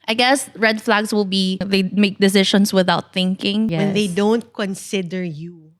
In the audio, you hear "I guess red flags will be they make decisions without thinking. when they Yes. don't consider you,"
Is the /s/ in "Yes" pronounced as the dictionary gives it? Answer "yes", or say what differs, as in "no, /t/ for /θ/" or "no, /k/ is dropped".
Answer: no, /s/ is dropped